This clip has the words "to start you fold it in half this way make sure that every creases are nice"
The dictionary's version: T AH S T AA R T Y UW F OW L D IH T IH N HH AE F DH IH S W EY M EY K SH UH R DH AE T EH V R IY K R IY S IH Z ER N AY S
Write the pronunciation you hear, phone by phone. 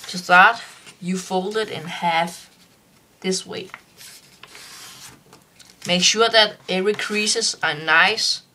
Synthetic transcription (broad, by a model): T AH S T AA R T Y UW F OW L D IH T IH N HH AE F DH IH S W EY M EY K SH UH DH AE T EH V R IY K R IY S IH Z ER N AY S